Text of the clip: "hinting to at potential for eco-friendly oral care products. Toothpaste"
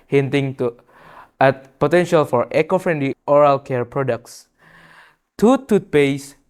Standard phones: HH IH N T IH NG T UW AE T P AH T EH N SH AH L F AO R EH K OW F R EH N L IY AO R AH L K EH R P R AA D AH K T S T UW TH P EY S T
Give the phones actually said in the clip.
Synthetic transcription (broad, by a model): HH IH N T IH NG T UW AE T P AH T EH N SH AH L F AO R EH K OW F R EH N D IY AO R AH L K EH R P R AA D AH K T S T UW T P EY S